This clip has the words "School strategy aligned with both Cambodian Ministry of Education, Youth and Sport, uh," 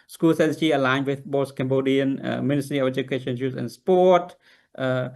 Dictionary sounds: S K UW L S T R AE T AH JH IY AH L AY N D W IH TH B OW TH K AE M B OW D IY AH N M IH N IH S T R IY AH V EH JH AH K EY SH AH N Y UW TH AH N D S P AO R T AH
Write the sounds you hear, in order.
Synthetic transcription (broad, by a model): S K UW L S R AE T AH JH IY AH L AY N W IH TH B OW S K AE M B OW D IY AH N M IH N IH S T R IY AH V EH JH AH K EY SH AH N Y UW S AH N S P AO T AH